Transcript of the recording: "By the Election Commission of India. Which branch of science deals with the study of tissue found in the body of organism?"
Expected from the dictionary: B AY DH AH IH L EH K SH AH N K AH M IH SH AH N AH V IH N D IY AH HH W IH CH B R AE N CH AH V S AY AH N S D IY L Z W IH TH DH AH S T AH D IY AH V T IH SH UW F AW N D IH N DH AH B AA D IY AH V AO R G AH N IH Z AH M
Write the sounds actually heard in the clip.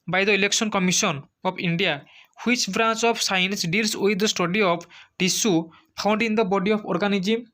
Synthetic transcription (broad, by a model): B AY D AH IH L EH K S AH N K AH M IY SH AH N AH P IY N D IY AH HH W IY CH B R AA N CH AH P S AY AH N S D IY L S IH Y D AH S T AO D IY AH P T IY S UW P AW N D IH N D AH B AA D IY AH P AO R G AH N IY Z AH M